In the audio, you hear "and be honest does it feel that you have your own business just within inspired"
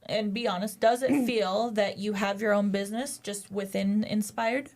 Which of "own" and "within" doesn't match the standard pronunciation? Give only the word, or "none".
none